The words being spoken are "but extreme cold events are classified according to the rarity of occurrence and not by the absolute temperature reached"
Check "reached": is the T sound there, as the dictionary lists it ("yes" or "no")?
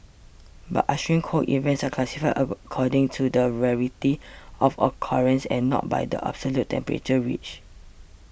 no